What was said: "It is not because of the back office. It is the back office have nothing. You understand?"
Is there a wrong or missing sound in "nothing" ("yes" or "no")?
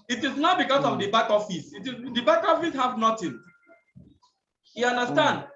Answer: yes